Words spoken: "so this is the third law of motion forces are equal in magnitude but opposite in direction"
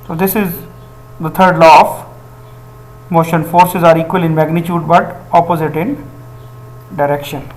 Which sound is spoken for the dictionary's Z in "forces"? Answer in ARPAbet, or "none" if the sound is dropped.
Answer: Z